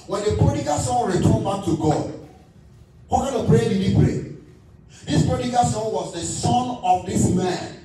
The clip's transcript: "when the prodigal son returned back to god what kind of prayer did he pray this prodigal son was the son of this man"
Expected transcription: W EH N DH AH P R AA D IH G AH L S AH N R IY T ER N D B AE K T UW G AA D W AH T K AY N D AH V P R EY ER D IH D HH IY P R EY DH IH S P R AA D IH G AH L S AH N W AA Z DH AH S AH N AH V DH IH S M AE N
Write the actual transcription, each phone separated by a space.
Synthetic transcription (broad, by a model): W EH N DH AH P R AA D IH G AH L S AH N R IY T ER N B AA T UW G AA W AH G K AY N AH P R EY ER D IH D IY P R EY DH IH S P R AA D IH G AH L S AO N W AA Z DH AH S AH N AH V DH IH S M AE N